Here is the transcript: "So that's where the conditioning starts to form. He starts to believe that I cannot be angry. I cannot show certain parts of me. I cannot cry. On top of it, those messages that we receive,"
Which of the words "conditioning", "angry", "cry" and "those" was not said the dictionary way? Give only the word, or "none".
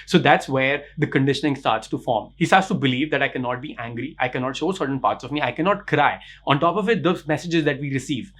those